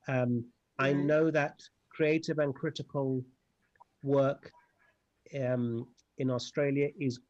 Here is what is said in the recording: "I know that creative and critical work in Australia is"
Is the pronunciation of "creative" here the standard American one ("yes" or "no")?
yes